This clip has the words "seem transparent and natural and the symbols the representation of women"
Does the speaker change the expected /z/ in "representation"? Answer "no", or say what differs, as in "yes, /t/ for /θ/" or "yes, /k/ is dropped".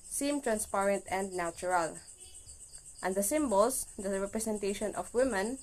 yes, /s/ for /z/